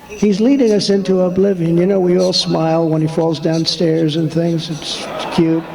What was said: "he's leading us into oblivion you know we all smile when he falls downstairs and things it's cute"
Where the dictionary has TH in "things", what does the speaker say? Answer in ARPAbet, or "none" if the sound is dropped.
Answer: TH